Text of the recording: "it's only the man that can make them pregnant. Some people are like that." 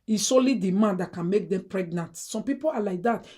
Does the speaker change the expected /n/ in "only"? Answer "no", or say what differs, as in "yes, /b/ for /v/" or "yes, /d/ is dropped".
yes, /n/ is dropped